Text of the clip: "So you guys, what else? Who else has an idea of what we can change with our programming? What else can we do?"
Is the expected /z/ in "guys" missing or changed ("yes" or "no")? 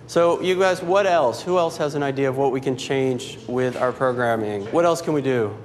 no